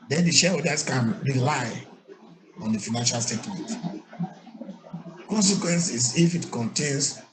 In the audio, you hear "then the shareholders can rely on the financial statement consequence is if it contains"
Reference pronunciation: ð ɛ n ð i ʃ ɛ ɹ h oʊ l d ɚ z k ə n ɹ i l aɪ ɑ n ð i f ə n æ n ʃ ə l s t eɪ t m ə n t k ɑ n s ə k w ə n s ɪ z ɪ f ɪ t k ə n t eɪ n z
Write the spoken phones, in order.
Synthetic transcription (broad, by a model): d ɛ n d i ʃ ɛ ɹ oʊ d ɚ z k ə n ɹ i l aɪ ɑ n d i f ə n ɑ n ʃ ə l s t eɪ t m ə n t k ɑ n s ə k w ə n s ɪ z ɪ f ɪ t k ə n t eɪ n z